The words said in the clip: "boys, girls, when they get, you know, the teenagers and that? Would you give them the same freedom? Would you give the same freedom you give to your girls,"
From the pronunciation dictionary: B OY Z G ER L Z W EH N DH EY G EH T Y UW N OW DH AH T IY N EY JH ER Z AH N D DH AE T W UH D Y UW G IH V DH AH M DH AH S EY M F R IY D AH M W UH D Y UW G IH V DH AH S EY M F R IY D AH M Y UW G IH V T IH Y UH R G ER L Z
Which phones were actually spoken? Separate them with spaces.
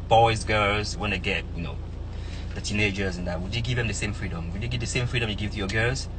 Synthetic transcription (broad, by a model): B OY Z G ER L Z W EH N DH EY G EH T Y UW N OW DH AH T IY N EY JH ER Z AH N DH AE T W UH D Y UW G IH V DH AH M DH AH S EY M F R IY D AH M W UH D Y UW G IH V DH AH S EY M F R IY D AH M Y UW G IH V T IH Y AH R G ER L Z